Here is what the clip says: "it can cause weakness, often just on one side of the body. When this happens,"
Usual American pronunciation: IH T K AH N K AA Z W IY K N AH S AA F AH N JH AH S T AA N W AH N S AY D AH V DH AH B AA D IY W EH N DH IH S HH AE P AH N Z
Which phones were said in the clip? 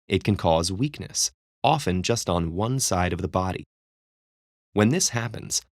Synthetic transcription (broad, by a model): IH T K AH N K AA Z W IY K N AH S AA F AH N JH AH S T N W AH N S AY D AH V DH AH B AA D IY W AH N DH IH S HH AE P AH N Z